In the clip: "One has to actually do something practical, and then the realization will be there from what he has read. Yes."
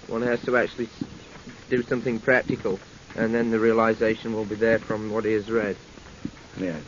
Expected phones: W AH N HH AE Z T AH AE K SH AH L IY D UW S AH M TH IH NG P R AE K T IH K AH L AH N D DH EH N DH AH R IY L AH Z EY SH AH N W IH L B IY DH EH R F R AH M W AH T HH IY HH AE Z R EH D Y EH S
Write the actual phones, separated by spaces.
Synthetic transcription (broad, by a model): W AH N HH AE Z T AH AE K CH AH L IY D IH S AH M TH IH NG P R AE K T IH K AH L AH N DH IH N DH AH R IY L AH Z EY SH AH N W IH L B IY DH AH R F R AH M W AH T HH IY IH Z R EH D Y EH